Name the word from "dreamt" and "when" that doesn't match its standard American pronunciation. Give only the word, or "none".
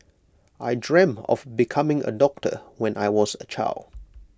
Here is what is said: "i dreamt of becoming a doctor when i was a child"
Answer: dreamt